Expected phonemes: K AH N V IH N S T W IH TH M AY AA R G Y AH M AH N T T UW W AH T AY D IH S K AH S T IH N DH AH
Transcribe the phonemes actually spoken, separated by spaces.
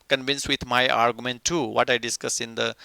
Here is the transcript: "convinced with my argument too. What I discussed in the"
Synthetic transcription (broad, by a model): K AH N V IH N S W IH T M AY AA R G Y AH M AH N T T UW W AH T AY D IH S K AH S IH N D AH